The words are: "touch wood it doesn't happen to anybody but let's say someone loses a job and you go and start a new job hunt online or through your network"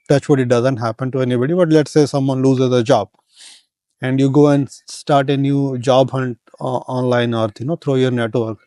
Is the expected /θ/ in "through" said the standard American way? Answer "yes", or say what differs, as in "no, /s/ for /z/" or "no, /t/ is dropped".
no, /t/ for /θ/